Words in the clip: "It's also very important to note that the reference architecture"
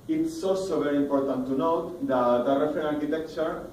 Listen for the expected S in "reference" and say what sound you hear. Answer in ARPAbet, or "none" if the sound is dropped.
none